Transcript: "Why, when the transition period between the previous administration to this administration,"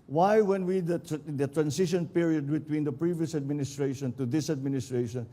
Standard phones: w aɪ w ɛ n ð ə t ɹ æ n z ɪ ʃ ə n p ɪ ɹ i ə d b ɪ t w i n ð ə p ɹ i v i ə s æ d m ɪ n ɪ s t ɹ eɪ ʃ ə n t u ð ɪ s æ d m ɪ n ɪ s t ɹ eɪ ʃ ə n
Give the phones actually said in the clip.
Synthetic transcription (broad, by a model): w aɪ w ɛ n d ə t ɹ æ n s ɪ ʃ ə n p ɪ ɹ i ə d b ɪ t w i n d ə p ɹ i v i ə s æ d m ɪ n ɪ s t ɹ eɪ ʃ ə n t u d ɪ s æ d m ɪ n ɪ s t ɹ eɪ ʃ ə n